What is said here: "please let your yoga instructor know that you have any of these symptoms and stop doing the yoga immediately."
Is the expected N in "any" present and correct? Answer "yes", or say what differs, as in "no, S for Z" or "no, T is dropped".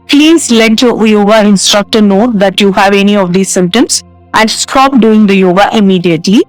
yes